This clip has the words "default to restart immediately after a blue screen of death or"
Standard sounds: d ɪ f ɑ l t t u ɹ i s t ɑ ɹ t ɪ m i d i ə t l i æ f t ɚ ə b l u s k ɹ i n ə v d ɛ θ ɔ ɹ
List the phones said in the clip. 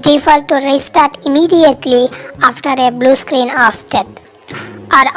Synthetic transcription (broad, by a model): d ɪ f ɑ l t t u ɹ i s t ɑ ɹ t ɪ m i d i ə t l i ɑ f t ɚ ə b l u s k ɹ i n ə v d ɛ t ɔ ɹ